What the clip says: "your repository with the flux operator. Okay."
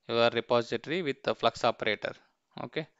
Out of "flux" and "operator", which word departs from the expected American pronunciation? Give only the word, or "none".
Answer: none